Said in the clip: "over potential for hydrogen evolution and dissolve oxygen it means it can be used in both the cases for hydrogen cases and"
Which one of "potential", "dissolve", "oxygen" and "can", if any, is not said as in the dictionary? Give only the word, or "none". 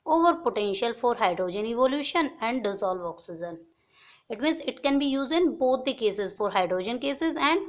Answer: oxygen